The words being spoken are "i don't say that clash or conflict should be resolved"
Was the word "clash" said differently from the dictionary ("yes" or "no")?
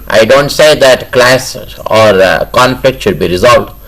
yes